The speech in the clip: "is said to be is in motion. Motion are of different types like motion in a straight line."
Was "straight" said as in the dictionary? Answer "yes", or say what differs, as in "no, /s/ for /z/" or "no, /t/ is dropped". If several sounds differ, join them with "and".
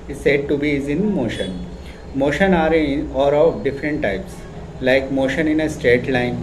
yes